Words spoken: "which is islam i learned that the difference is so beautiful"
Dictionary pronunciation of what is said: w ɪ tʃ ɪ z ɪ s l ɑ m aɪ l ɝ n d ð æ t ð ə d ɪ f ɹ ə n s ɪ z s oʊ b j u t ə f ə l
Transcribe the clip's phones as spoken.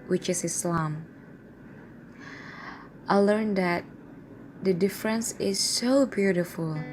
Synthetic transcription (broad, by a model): w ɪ tʃ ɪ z ɪ s l ɑ m aɪ l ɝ n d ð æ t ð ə d ɪ f ɹ ə n s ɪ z s oʊ b j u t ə f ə l